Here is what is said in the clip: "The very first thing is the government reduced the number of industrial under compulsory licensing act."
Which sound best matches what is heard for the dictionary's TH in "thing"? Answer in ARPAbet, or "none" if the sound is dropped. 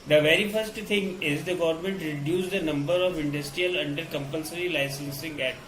T